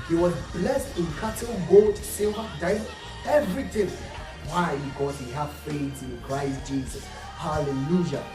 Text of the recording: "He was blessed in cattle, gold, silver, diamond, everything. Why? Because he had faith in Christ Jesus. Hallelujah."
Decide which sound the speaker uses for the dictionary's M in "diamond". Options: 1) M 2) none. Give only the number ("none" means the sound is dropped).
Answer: 2